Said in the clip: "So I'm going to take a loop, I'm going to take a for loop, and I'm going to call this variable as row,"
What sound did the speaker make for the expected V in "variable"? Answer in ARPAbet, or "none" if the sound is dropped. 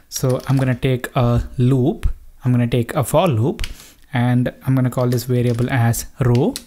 V